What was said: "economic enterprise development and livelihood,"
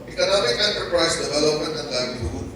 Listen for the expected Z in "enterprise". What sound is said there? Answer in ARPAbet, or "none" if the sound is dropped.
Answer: S